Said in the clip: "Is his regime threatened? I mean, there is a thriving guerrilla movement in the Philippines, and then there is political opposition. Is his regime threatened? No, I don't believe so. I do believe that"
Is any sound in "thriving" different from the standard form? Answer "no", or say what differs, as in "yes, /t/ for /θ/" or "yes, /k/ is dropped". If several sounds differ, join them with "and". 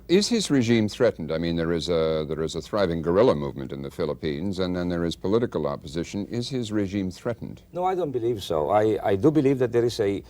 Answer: no